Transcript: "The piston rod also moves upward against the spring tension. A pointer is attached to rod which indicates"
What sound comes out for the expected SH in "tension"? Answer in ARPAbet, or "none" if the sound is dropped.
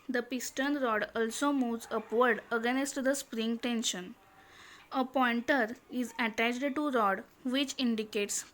SH